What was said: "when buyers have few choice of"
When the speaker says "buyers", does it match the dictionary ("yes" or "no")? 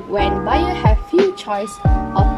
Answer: no